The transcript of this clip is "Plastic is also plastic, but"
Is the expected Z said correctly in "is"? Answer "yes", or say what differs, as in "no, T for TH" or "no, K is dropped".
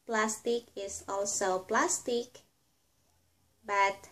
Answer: no, S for Z